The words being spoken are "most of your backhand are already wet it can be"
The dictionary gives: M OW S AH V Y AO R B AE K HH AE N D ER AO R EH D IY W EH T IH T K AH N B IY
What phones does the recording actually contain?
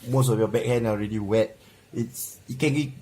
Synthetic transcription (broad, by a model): M OW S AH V Y AO B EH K HH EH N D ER AO R EH D IY W EH T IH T K AH N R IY